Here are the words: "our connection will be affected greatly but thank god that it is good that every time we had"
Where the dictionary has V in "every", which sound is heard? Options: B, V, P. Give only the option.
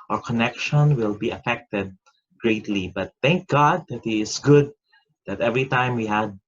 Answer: V